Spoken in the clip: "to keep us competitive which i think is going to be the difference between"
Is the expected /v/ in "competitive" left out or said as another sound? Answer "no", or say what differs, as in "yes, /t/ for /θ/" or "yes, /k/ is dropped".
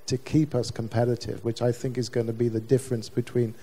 no